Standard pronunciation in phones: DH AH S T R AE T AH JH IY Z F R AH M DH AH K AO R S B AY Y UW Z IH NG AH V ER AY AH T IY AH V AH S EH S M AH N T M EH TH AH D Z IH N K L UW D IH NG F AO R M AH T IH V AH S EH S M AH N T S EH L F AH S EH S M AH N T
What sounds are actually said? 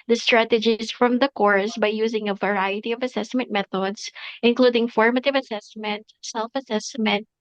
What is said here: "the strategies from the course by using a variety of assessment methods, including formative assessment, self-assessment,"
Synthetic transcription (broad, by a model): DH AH S T R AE T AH JH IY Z F R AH M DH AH K AO R S B AY Y UW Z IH NG AH V ER AY AH T IY AH V AH S EH S M AH N T M EH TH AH D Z IH N K L UW D IH NG F AO R M AH T IH V AH S EH S M AH N T S EH L F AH S EH S M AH N T